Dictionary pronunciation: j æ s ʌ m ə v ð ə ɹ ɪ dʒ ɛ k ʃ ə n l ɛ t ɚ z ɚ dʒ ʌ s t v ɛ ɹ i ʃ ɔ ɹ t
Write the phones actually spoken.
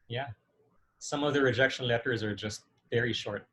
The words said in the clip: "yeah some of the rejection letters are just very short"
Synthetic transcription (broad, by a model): j æ s ʌ m ə v ð ə ɹ ɪ dʒ ɛ k ʃ ə n l ɛ t ɚ z ɚ dʒ ʌ s t v ɛ ɹ i ʃ ɔ ɹ t